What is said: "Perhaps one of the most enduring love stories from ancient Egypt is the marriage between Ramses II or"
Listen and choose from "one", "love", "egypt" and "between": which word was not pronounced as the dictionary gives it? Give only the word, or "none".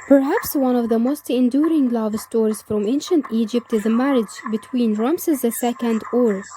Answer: none